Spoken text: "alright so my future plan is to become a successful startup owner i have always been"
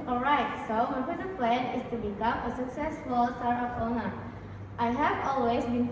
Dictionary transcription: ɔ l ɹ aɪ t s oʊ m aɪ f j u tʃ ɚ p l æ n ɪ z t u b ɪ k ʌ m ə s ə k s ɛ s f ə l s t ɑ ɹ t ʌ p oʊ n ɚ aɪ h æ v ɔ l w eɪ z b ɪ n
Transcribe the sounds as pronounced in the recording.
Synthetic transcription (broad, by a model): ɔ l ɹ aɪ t s oʊ m aɪ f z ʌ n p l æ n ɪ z t u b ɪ k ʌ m ə s ə k s ɛ s f ə l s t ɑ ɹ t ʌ f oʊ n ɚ aɪ h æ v ɔ l w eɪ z b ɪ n